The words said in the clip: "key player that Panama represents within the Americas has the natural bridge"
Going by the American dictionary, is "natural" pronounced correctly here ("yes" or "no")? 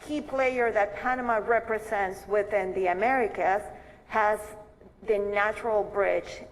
yes